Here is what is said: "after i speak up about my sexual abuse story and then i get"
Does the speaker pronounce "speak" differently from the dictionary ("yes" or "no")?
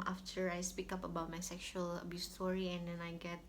no